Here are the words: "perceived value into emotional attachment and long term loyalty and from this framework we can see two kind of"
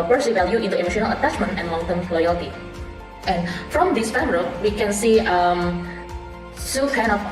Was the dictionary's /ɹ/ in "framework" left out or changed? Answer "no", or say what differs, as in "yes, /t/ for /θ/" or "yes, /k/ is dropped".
yes, /ɹ/ is dropped